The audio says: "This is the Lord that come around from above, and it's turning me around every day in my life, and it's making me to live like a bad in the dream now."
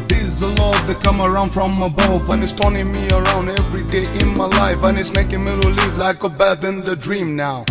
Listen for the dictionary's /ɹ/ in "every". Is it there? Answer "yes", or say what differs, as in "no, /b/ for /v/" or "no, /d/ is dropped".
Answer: yes